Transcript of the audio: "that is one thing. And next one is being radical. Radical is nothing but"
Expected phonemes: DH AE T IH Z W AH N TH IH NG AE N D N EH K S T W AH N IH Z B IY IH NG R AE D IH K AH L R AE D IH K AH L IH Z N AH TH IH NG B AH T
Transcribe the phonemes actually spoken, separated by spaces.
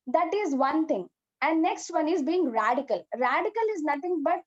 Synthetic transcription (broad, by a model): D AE T IH Z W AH N T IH NG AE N D N EH K S T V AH N IH Z B IY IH NG R AE D IH K AH L R AE D IH K AH L IH Z N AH T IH NG B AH T